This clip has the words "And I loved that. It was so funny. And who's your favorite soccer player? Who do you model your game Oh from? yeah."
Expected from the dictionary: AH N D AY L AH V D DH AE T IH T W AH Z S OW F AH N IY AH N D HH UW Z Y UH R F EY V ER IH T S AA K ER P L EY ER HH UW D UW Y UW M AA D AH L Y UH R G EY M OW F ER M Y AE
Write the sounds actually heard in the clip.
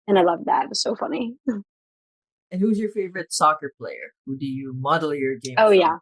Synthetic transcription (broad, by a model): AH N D AY L AH V DH AE T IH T W AH Z S OW F AH N IY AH N HH UW Z Y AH R F EY V ER IH T S AA K ER P L EY ER HH UW D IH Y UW M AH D L Y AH R G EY OW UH Y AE